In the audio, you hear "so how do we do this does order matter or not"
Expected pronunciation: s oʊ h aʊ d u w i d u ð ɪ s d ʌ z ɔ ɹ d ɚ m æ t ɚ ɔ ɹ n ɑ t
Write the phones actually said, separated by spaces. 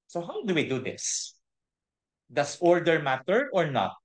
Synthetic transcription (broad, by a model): s oʊ h aʊ d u w i d u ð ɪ s d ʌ s ɔ ɹ d ɚ m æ t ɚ ɔ ɹ n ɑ t